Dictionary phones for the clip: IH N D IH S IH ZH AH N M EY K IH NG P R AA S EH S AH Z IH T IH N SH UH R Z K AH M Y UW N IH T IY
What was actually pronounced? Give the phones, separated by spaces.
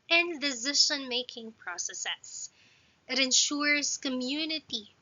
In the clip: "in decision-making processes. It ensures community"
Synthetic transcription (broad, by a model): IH N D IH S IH SH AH N M EY K IH NG P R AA S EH S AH S IH T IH N SH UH R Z K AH M Y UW N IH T IY